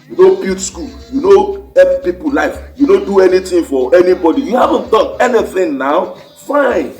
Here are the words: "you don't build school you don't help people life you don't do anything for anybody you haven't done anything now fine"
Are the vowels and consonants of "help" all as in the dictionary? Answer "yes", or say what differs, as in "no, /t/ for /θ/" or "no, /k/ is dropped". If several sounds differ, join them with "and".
no, /l/ is dropped